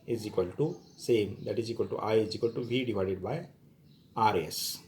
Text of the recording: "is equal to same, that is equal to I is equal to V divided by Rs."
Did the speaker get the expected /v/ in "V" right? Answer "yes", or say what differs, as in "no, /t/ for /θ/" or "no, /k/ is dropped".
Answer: no, /b/ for /v/